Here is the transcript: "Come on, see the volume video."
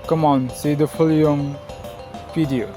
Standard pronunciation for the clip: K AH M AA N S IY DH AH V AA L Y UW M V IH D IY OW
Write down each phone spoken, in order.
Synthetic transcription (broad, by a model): K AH M AA N S IY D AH F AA L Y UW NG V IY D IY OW